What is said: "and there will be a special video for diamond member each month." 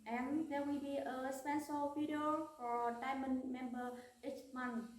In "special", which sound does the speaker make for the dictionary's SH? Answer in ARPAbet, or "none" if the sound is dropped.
S